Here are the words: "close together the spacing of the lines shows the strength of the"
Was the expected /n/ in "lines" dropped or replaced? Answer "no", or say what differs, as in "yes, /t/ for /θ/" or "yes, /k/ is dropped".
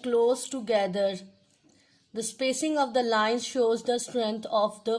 no